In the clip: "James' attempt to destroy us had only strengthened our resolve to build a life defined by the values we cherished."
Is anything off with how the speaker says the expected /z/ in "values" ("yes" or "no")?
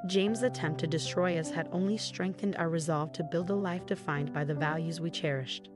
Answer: no